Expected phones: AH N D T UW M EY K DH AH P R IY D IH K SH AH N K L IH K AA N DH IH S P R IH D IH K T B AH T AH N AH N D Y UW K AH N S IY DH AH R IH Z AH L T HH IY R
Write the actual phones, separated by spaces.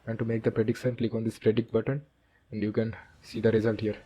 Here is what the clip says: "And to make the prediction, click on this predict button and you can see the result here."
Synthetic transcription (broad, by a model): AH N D T UW M EY K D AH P R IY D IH K S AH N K L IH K AA N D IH S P R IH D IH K B AH T AH N AH N D Y UW K AH N S IY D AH R IH Z AH L T HH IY R